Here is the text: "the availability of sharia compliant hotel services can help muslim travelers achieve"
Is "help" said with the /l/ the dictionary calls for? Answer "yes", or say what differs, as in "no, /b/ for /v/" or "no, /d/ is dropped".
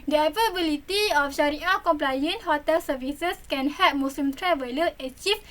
no, /l/ is dropped